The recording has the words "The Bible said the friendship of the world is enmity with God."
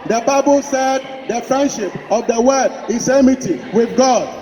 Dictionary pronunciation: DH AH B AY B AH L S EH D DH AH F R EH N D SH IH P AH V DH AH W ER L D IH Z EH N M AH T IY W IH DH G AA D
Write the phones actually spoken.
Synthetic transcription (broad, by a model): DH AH B AY B AH L S EH D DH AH F R EH N D SH IH P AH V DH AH W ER D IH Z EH M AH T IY W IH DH G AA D